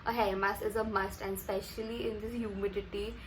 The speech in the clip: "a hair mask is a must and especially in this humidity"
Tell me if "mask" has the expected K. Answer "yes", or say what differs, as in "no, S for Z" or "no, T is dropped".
no, K is dropped